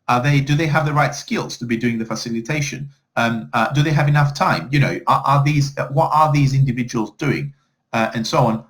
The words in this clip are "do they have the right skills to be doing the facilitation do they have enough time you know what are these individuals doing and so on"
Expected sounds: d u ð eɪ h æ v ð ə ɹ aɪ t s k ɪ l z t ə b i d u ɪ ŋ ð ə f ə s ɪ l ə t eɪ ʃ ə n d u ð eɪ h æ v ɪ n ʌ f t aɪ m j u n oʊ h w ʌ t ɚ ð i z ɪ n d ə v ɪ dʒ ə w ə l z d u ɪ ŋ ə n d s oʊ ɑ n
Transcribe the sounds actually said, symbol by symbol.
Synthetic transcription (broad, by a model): d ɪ ð eɪ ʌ v ð ə ɹ aɪ t s k ɪ l z t ə b i d u ɪ ŋ ð ə f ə s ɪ l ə t eɪ ʃ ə n d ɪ ð eɪ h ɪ v ɪ n ʌ f t aɪ m j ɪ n oʊ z w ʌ t ɚ ð i z ɪ n d ə v ɪ dʒ ə w ə l z d u ɪ ŋ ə n s oʊ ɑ n